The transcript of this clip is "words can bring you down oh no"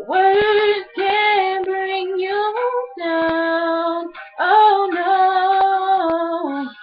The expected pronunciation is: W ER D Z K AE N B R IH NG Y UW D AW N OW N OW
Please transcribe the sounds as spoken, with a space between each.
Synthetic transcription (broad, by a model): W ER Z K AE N B R IH NG Y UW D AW OW N OW